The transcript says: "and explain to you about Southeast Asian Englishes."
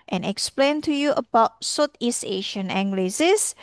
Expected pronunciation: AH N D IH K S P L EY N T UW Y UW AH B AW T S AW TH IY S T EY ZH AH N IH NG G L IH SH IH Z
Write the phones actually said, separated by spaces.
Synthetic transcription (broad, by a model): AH N IH K S P L EY N T UW Y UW AH B AW T S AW T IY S EY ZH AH N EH NG G L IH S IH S